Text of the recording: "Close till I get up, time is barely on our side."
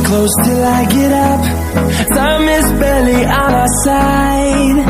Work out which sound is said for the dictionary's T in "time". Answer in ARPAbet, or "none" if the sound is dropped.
S